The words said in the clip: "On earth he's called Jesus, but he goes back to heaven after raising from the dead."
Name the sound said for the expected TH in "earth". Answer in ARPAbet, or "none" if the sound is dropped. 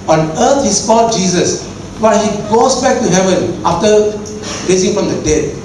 T